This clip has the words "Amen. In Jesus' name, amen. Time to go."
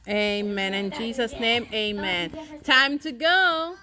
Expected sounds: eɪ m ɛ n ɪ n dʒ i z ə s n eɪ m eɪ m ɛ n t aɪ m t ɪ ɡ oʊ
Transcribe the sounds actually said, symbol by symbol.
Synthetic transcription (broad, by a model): eɪ m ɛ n ɪ n dʒ i z ə s n eɪ m eɪ m ɛ n t aɪ m t ɪ ɡ oʊ